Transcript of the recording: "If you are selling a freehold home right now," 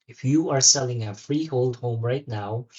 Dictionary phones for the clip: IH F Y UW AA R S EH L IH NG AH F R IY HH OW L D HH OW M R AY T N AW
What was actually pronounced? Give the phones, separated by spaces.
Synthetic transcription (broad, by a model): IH F Y UW AA R S EH L IH NG AH F R IY HH OW L D HH OW M R AY T N AW